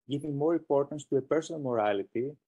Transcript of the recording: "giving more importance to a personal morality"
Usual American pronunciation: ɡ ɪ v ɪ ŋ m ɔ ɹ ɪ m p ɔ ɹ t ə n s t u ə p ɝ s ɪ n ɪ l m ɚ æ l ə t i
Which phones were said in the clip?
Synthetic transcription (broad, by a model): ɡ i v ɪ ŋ m ɔ ɹ ɪ m p ɔ ɹ t ə n s t u ə p ɝ s ɪ n ɪ l m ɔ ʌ l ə t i